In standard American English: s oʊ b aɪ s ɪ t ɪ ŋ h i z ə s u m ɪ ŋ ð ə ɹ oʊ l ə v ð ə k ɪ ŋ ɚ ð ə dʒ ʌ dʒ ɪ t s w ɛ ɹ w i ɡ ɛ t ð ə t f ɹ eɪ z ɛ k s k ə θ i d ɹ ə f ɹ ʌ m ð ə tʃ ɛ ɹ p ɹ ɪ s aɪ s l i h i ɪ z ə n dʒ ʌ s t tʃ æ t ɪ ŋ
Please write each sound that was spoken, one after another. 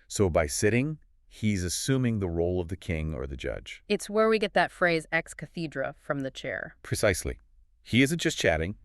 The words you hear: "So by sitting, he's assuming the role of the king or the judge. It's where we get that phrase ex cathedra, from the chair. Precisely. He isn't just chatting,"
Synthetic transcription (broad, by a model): s oʊ b aɪ s ɪ t ɪ ŋ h i z ə s u m ɪ ŋ ð ə ɹ oʊ l ə v ð ə k ɪ ŋ ɚ ð ə dʒ ʌ dʒ ɪ t s w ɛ ɹ w i ɡ ɛ t ð ə t f ɹ eɪ z ɛ k s k ə θ i d ɹ ə f ɹ ʌ m ð ə tʃ ɛ ɹ p ɹ ɪ s aɪ s l i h i ɪ z ə n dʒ ʌ s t tʃ æ t ɪ ŋ